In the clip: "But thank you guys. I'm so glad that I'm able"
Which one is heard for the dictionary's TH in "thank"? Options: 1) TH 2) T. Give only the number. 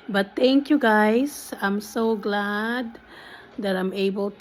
2